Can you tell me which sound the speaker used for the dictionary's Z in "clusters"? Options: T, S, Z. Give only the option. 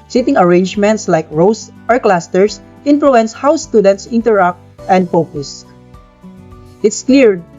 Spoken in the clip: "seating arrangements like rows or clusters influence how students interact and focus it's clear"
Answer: S